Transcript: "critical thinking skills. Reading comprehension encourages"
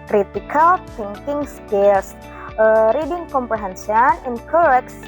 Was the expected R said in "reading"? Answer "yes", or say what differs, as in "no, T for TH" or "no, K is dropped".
yes